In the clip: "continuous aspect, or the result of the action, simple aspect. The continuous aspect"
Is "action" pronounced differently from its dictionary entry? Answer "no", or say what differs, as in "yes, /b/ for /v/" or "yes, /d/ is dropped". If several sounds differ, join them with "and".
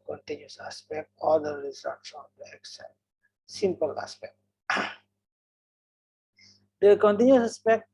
yes, /s/ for /ʃ/